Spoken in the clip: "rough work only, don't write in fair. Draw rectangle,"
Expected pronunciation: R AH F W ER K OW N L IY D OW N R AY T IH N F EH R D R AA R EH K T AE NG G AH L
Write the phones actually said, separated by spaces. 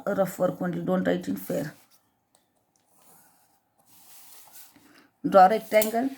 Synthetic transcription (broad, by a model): R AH F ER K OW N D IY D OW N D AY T IH N F EH R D AA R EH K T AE NG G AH L